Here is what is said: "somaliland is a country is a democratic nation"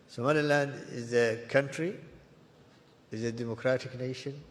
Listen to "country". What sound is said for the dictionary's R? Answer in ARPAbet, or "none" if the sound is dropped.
R